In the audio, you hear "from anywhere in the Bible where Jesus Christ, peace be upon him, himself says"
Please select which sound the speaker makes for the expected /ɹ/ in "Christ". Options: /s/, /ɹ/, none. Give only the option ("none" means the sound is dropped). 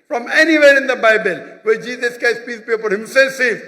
none